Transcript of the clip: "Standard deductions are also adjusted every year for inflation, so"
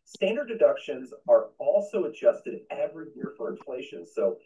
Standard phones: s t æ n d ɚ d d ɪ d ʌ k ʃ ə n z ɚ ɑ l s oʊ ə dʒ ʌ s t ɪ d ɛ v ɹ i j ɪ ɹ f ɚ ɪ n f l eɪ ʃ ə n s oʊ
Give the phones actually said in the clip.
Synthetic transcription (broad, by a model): s t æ n d ɚ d d ɪ d ʌ k ʃ ə n z ɚ ɑ l s oʊ ə dʒ ʌ s t ɪ d ɛ v ɹ i j ɪ ɹ f ɚ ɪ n f l eɪ ʃ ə n s oʊ